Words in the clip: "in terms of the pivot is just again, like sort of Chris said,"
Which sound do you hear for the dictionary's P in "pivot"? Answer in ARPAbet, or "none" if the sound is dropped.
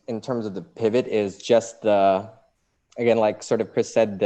P